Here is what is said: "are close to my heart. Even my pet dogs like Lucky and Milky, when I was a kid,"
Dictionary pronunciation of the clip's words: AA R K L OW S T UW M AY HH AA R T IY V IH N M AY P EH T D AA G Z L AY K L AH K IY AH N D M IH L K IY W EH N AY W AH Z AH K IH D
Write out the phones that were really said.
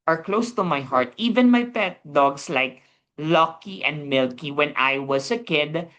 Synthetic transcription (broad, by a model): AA R K L OW S T UW M AY HH AA R T IY V IH N M AY P EH T D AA G S L AY K L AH K IY AH N D M IH L K IY W EH N AY W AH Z AH K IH D